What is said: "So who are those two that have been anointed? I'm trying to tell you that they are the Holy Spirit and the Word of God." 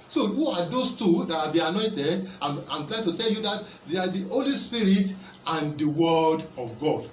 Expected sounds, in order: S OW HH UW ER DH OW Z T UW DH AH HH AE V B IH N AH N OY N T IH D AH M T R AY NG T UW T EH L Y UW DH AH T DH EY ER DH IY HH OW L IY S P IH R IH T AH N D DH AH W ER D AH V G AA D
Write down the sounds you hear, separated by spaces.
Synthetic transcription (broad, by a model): S OW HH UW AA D OW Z T UW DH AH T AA B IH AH N OY N T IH D AH M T L AY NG T UW T EH L Y UW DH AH T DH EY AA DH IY HH OW L IY S P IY R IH T AH N D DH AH W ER D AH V G AA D